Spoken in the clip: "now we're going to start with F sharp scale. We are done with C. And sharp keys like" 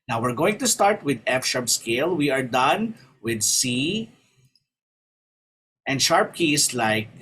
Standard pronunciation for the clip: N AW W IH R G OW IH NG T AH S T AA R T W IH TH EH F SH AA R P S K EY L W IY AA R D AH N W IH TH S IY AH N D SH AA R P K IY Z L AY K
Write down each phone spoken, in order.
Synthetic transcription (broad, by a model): N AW W IH R G OW IH NG T AH S T AA R T W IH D EH F SH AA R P S K EY L W IY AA R D AH N W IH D S IY AH N D SH AA R P K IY S L AY K